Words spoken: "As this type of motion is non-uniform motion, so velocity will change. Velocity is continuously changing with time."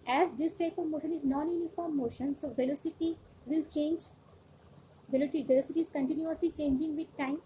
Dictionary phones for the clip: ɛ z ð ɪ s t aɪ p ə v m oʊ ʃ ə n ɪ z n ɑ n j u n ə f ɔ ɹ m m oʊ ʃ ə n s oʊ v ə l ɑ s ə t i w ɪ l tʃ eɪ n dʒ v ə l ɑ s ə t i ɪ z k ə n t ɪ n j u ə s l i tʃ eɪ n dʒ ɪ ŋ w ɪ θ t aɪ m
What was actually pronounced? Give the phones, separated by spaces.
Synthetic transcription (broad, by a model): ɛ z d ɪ s t aɪ p ə v m oʊ ʃ ə n ɪ z n ɑ n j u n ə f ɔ ɹ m m oʊ ʃ ə n s oʊ v ə l ɑ s ə t i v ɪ l tʃ eɪ n dʒ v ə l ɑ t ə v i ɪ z k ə n t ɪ n j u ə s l i tʃ eɪ n dʒ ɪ ŋ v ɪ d t aɪ m